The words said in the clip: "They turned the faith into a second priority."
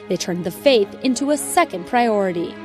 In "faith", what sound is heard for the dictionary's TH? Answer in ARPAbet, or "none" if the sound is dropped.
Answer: TH